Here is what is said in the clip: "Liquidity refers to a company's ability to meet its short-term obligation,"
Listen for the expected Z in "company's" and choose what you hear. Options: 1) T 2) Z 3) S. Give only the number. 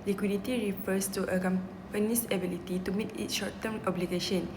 3